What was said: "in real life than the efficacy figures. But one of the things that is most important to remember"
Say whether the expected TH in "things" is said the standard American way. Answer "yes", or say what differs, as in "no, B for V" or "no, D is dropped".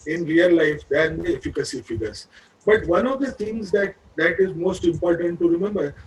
no, T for TH